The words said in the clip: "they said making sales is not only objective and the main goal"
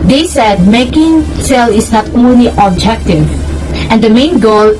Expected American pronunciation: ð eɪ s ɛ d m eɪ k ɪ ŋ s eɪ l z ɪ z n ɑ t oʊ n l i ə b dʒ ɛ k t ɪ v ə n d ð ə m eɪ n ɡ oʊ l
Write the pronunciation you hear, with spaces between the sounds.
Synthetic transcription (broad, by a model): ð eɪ s ɛ d m eɪ k ɪ ŋ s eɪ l ɪ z n ɑ t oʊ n l i ə b dʒ ɛ k t ɪ v ə n d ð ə m eɪ n ɡ oʊ l